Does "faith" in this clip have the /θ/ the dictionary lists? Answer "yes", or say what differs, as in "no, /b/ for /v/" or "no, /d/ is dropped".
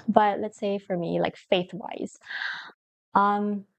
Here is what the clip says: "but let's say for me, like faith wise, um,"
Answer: yes